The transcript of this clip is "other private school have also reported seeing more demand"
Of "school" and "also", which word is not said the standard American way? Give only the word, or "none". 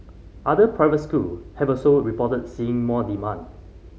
also